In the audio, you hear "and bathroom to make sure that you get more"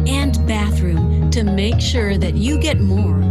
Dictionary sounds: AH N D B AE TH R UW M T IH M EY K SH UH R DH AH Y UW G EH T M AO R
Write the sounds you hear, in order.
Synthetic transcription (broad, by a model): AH N B AE TH R UW M T IH M EY K SH UH R DH AH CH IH G EH T M AO R